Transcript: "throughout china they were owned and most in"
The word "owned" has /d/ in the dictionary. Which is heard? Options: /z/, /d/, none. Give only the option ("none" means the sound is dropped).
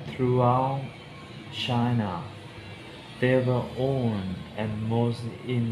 none